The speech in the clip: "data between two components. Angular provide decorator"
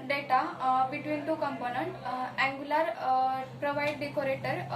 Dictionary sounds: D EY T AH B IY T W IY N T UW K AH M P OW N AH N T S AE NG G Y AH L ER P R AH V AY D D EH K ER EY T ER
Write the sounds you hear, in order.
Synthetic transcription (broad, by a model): D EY T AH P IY T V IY N T UW K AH M P OW N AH N T AE NG G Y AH L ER P R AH V AY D D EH K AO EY T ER